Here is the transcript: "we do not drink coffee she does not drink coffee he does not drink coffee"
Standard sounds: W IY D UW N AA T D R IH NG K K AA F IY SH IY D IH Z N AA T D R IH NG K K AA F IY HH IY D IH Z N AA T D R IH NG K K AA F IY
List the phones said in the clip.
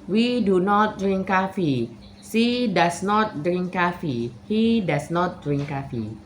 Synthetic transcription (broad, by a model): W IY D UW N AA T D R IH NG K K AA F IY S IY D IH S N AA T D R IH NG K K AA F IY HH IY D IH S N AA T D R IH NG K K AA F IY